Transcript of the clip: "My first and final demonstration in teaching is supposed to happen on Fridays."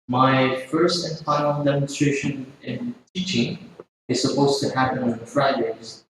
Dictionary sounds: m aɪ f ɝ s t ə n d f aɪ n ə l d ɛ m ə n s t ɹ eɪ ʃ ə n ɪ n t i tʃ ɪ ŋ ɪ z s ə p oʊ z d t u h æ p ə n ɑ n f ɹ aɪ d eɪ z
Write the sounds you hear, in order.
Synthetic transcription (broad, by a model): m aɪ f ɝ s t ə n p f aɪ ə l d ɛ m ə n s t ɹ eɪ ʃ ə n ɪ n t i tʃ ɪ ŋ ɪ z s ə p oʊ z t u h æ p ə n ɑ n f ɹ aɪ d eɪ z